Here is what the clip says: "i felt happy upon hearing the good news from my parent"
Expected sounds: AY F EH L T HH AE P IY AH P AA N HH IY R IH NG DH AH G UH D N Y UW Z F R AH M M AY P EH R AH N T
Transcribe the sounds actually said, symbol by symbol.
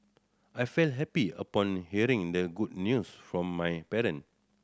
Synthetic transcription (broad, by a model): AY F EH L T HH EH P IY AH P AA N HH IY R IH NG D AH G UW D N Y UW S F R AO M M AY P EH R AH N